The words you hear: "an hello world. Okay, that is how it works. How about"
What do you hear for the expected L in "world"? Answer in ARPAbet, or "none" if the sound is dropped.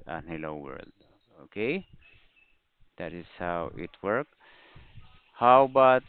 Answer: L